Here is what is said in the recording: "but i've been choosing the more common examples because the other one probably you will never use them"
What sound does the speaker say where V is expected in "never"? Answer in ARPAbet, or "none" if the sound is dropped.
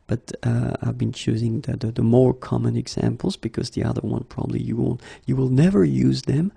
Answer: V